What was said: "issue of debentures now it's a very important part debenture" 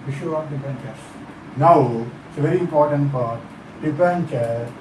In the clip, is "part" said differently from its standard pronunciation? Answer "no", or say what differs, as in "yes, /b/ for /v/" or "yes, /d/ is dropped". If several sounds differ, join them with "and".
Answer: yes, /f/ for /p/